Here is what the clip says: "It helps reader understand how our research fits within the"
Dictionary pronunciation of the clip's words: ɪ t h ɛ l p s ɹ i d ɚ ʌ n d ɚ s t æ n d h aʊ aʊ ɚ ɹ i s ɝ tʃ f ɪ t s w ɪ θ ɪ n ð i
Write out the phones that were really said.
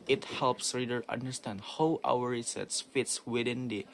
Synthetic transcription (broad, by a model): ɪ t h ɛ l p s ɹ i d ɚ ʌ n d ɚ s t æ n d h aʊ aʊ ɚ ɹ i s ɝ s f ɪ t s w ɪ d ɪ n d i